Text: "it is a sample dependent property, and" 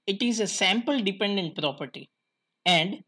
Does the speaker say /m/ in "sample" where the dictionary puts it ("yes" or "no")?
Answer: yes